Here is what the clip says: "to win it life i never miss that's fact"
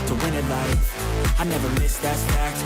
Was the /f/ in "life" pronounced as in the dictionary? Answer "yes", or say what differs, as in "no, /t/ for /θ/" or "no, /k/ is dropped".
no, /f/ is dropped